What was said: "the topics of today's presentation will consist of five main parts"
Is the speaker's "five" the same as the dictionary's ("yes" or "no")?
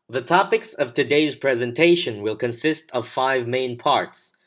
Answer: yes